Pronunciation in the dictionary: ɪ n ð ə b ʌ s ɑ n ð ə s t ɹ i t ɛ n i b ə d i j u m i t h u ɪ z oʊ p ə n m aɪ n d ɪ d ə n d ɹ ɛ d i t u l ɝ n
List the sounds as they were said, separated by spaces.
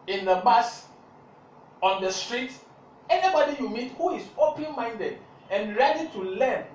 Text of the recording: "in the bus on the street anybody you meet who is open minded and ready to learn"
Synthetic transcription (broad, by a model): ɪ n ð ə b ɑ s ɑ n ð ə s t ɹ i t ɛ n i b ə d i j u m i t h u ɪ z oʊ p ə n m aɪ n d ɪ d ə n ɹ ɛ d i t u l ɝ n